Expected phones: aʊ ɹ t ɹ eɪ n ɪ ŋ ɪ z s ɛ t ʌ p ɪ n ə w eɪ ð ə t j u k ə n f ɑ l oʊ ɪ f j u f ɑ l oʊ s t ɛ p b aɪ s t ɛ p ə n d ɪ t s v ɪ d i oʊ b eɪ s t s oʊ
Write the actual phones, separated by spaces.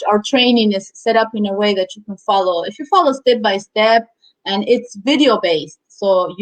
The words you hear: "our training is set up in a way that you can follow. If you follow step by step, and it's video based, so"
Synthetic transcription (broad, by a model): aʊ ɹ t ɹ eɪ n ɪ ŋ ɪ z s ɛ t ʌ p ɪ n ə w eɪ ð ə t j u k ə n f ɑ l oʊ ɪ f j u f ɑ l oʊ s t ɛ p b aɪ s t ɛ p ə n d ɪ t s v ɪ d i oʊ b eɪ s t s oʊ